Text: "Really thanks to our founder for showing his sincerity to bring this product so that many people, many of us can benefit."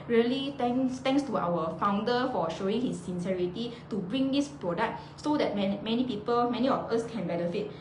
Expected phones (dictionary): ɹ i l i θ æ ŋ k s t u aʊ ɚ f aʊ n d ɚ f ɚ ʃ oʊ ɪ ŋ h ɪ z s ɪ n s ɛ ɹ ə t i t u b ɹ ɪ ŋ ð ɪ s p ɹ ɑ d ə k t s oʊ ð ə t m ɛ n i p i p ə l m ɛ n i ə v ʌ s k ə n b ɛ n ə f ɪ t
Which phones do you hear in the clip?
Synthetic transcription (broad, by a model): ɹ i l i t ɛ ŋ k s t u aʊ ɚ f aʊ n d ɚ f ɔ ʃ oʊ ɪ ŋ h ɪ s ɪ n s ɛ ɹ ə t i t u b ɹ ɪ ŋ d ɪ s p ɹ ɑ d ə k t s oʊ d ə t m ɛ n i p i p ə l m ɛ n i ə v ʌ s k ə n b ɛ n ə f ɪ t